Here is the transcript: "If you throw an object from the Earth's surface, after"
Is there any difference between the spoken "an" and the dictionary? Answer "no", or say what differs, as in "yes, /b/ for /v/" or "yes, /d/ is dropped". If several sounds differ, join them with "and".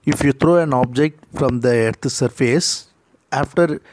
no